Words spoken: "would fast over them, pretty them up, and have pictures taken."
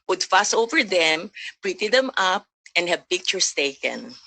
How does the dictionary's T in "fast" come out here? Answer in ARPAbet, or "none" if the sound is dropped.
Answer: none